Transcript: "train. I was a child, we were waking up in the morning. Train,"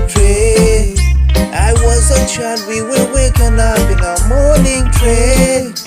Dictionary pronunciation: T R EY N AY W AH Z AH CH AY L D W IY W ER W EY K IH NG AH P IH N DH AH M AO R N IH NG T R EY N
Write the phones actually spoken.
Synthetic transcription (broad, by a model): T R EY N AY W AH Z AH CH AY D W IY W ER W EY K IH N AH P IH N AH M AO R N IH NG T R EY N